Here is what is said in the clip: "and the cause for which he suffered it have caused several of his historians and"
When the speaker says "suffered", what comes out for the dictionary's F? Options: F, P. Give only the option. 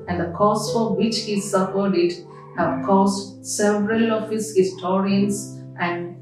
P